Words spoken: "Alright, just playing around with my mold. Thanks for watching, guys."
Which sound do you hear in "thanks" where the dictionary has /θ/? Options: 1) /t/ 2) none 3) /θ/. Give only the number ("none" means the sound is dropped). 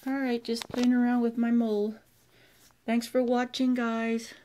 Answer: 3